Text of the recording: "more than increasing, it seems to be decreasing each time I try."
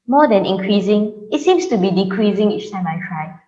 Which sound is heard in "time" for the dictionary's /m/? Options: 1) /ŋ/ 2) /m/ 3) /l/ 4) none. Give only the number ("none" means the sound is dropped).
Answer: 2